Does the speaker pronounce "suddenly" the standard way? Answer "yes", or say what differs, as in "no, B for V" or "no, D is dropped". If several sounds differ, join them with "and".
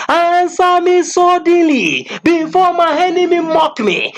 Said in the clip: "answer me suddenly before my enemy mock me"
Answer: no, N is dropped